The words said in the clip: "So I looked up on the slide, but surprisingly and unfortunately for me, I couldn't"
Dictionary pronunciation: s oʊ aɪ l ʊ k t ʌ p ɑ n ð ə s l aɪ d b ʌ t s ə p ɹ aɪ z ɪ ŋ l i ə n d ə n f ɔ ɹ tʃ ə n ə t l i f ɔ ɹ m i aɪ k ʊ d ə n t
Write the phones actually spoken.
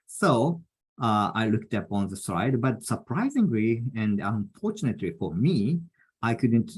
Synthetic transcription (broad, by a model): s oʊ aɪ l ʊ k t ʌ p ɑ n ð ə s aɪ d b ʌ t s ə p ɹ aɪ z ɪ ŋ l i ə n d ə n f ɔ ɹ tʃ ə n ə t l i f ɔ ɹ m i aɪ k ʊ d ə n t